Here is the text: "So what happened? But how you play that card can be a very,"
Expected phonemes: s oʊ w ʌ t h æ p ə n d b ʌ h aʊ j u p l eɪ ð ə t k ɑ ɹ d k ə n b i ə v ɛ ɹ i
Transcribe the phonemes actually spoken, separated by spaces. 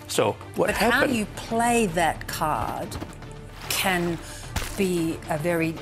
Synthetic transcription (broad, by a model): s oʊ w ʌ t h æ ə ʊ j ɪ p l eɪ ð ə t k ɑ ɹ d k ə n b i ə v ɛ ɹ i